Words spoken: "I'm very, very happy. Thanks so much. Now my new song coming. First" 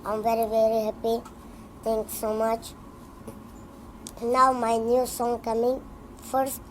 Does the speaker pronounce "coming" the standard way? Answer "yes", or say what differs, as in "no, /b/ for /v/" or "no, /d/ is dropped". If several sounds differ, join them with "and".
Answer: yes